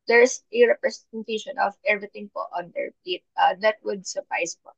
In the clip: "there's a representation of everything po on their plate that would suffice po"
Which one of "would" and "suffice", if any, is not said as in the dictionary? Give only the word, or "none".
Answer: suffice